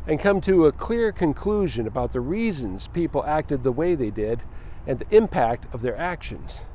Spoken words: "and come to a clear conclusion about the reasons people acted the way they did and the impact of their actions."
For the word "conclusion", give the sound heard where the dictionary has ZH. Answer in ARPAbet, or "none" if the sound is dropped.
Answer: ZH